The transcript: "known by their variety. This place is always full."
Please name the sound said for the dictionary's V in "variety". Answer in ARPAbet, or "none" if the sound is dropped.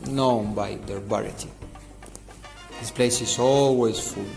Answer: B